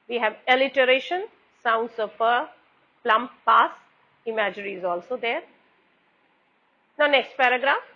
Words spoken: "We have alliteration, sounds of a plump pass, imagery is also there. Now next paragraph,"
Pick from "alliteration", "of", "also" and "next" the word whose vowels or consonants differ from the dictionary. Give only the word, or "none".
of